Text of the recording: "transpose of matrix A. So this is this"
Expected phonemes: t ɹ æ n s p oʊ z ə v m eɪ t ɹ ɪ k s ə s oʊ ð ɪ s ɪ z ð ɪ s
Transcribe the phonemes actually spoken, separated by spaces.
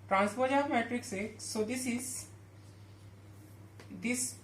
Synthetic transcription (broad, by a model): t ɹ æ n s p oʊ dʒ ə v m eɪ t ɹ ɪ k s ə s oʊ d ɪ s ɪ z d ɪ s